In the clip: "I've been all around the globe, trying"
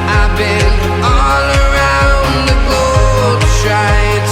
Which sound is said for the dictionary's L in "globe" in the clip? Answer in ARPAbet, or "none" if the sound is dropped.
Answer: none